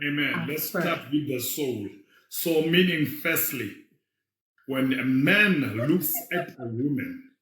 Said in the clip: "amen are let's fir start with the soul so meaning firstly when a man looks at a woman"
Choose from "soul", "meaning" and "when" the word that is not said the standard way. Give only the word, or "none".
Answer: none